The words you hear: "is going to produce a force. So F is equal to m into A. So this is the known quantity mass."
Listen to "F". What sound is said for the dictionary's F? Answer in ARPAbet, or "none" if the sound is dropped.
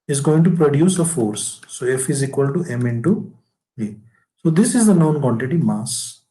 F